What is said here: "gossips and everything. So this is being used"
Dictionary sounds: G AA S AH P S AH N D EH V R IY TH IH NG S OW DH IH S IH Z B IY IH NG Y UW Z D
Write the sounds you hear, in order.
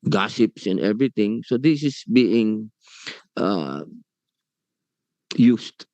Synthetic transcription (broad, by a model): G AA S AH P S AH N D EH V R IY T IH NG S OW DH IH S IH S B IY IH NG Y UW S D